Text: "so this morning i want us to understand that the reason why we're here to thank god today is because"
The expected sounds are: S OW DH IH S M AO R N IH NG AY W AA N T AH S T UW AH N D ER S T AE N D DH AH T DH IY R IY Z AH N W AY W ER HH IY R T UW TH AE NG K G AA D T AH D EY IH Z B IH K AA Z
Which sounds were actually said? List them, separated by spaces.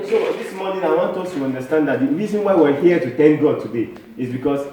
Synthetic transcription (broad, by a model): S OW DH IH S M AO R N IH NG AY W AA N T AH S T UW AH N D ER S T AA N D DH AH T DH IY R IY Z AH N W AY W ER HH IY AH T UW T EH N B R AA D T AH D EY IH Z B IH K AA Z